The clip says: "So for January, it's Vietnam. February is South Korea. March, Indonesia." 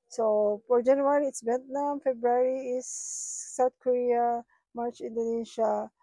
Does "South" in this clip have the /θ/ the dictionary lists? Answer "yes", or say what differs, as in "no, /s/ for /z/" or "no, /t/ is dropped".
no, /t/ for /θ/